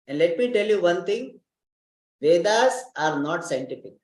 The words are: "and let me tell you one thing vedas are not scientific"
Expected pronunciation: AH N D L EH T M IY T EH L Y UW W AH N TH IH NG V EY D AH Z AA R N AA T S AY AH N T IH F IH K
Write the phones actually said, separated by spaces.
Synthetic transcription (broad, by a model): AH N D L EH T M IY T EH L Y UW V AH N T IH NG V EY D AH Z AA R N AA T S AY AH N T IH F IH K